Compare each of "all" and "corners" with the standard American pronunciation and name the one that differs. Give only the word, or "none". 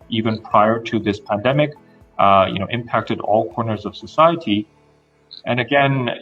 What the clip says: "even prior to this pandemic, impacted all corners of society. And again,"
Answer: none